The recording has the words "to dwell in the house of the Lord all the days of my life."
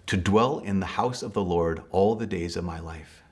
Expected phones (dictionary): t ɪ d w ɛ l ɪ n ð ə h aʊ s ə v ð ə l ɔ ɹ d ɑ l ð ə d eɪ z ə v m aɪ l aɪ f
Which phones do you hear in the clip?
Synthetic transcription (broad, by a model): t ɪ d w ɛ l ɪ n ð ə h aʊ s ə v ð ə l ɔ ɹ d ɑ l ð ə d eɪ z ə v m aɪ l aɪ f